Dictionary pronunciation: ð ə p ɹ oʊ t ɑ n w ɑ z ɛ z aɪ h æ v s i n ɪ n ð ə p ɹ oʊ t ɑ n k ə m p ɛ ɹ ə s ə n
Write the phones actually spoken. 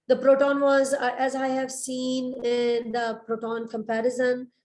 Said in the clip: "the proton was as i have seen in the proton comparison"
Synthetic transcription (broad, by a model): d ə p ɹ oʊ t ɑ n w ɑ z ɛ z aɪ h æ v s i n ɪ n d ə p ɹ oʊ t ɑ n k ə m p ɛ ɹ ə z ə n